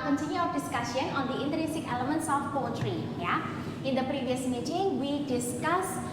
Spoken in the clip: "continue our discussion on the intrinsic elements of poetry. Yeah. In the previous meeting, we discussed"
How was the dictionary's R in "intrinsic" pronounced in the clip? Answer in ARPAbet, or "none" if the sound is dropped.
none